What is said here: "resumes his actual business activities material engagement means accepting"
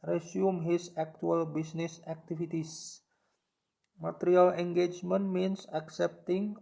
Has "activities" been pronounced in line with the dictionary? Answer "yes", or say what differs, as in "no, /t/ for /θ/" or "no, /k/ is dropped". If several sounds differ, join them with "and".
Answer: no, /s/ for /z/